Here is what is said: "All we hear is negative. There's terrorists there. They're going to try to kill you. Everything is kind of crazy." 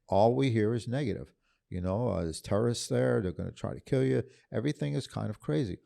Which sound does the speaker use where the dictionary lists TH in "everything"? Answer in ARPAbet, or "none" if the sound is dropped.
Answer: TH